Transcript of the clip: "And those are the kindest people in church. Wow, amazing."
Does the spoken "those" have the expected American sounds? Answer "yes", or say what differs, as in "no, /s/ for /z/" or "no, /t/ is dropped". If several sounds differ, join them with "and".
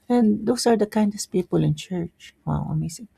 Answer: no, /s/ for /z/